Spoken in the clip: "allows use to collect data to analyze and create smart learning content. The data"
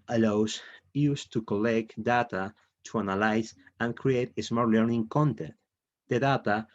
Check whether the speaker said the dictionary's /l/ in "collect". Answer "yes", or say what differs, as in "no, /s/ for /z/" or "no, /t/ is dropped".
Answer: yes